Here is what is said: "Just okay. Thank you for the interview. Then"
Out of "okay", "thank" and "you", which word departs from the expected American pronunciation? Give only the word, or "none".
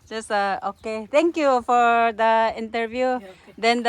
thank